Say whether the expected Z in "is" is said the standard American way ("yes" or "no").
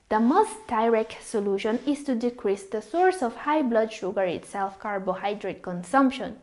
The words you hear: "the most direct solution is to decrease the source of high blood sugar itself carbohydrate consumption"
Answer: no